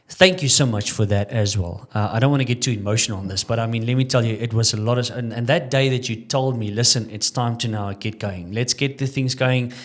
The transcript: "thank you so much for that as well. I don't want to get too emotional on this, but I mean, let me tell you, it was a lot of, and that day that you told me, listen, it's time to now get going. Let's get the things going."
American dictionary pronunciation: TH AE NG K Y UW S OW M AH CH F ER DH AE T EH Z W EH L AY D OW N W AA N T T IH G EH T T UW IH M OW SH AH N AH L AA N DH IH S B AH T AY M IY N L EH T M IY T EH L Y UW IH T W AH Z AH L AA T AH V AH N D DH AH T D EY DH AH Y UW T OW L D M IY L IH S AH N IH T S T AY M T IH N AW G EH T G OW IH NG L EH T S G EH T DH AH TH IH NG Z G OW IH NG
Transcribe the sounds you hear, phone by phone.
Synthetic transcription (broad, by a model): TH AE NG K Y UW S OW M AH CH F ER DH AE T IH Z W EH L AY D OW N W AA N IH G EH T T UW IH M OW SH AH N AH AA N DH IH S B AH T AY M IY N L EH T M IY T EH L Y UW IH T W AH Z AH L AA T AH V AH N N DH AH T D EY DH AH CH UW T OW L D M IY L IH S AH N IH T S T AY M T IH N AW G EH T G OW IH NG L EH T S G EH T DH AH TH IH NG Z G OW IH NG